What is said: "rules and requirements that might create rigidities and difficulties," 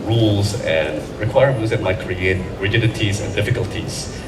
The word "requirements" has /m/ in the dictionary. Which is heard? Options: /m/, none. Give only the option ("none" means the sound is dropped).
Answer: none